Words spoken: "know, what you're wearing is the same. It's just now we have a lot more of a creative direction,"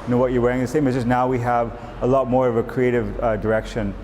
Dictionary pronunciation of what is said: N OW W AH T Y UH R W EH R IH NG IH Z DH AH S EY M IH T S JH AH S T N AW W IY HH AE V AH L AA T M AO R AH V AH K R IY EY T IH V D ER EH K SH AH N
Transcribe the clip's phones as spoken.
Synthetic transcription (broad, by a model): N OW W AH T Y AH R W EH R IH NG DH AH S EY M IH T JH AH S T N AW W IY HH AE V AH L AA T M AO R AH V AH K R IY EY T IH V D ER EH K SH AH N